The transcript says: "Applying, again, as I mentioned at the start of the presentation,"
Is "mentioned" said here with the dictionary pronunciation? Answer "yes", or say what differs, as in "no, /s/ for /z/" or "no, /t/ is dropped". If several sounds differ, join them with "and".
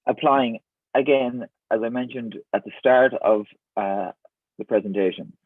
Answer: yes